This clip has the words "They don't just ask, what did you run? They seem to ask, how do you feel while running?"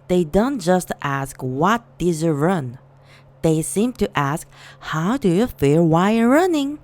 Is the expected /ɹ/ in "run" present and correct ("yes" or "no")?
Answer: yes